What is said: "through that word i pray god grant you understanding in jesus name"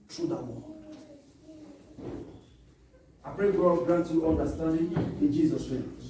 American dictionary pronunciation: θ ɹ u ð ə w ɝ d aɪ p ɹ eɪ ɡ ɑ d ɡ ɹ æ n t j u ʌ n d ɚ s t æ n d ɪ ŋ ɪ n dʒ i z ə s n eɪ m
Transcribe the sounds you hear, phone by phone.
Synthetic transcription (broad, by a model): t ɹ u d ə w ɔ aɪ p ɹ eɪ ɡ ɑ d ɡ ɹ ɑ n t j u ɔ n d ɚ s t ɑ n d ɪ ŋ ɪ n dʒ i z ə s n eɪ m